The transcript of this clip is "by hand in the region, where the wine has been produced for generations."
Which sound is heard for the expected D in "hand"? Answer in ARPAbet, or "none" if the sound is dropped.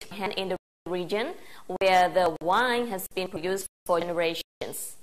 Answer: none